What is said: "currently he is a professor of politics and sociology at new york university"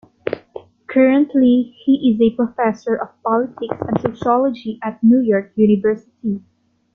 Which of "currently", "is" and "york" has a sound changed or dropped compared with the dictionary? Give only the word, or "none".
none